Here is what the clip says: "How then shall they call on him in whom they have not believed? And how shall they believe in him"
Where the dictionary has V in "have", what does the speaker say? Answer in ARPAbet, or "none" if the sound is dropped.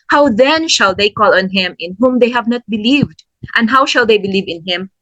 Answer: V